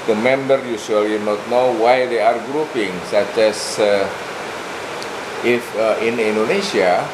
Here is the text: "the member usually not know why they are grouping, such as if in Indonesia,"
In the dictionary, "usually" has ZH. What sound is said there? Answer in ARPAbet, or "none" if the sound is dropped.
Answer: S